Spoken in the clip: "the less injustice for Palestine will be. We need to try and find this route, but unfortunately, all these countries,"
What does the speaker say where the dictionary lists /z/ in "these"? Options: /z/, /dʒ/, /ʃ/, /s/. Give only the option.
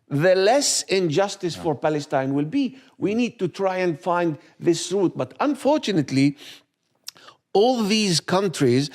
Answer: /z/